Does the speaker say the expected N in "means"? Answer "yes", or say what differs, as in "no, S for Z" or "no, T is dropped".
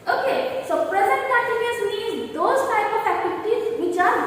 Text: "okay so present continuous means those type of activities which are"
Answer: no, N is dropped